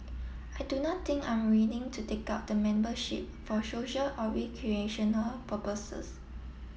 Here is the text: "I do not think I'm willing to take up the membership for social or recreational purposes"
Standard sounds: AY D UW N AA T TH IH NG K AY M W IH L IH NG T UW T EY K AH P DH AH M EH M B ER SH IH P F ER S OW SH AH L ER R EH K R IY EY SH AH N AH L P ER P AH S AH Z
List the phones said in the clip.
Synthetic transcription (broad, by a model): AY D UW N AA T T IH NG K AY M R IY N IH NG T UW T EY K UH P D AH M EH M B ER SH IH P F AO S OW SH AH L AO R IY K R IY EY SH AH N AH L P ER P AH S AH S